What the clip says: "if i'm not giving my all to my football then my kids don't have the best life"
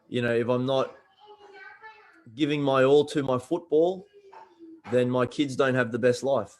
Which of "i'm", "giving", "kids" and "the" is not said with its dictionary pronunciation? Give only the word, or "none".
none